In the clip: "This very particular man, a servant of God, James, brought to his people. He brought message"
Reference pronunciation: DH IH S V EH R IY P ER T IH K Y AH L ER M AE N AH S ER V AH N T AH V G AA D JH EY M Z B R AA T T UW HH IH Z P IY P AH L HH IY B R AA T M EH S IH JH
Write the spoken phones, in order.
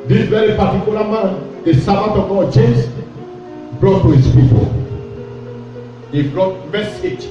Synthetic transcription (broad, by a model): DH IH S V EH R IY P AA T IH K Y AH L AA M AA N AH S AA B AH T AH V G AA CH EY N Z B R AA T T UW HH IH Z P IY P AH L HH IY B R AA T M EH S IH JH